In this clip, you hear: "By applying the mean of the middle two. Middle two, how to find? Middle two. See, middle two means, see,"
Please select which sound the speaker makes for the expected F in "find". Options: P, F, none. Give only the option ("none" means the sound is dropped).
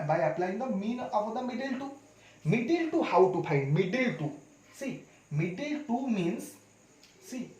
P